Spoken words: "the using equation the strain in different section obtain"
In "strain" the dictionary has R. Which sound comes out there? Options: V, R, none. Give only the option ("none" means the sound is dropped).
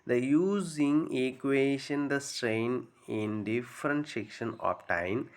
R